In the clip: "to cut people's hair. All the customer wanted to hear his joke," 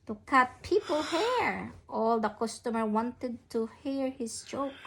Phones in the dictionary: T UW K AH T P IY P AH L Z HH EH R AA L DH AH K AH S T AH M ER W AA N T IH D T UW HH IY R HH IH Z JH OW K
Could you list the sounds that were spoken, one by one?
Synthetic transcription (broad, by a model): T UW K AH T P IY P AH L HH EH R AA L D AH K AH S T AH M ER W AA N T IH D T UW HH IY R HH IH S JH OW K